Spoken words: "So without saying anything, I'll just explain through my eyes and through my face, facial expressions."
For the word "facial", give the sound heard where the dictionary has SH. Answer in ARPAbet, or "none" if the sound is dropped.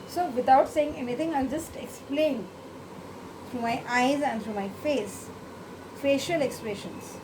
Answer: SH